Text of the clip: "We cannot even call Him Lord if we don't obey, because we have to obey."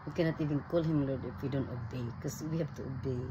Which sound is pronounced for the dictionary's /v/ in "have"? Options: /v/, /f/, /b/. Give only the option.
/b/